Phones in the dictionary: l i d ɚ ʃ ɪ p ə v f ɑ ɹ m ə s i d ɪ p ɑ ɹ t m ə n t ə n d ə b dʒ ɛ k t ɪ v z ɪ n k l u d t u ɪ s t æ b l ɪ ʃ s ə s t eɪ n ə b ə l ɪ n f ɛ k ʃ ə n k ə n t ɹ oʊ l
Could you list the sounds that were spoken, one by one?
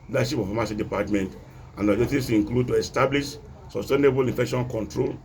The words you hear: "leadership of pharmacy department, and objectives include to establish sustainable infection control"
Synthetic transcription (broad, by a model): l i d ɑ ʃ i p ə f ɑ m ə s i d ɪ p ɑ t m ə n t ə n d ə dʒ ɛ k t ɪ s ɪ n k l u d t u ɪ s t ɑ b l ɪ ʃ s ə s t eɪ n ə b ə l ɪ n f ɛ k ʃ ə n k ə n t ɹ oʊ l